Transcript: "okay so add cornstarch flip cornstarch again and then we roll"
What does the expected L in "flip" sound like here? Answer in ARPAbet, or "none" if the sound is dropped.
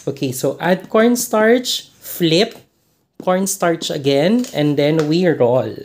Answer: L